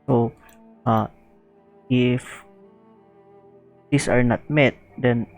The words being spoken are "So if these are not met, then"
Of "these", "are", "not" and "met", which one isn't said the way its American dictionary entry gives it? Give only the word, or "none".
these